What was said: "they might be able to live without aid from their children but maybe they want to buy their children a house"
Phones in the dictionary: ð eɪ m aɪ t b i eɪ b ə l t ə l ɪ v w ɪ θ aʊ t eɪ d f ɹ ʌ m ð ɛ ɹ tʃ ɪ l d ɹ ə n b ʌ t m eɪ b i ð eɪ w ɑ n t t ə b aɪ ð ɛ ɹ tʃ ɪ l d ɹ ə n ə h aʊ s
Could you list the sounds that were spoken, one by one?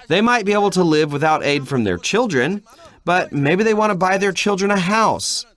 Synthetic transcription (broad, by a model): ð eɪ m aɪ t b i eɪ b l t ə l ɪ v w ɪ θ aʊ t eɪ d f ɹ ʌ m ð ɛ ɹ tʃ ɪ l d ɹ ə n b ʌ t m eɪ b i ð eɪ w ɑ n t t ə b aɪ ð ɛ ɹ tʃ ɪ l d ɹ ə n ə h aʊ s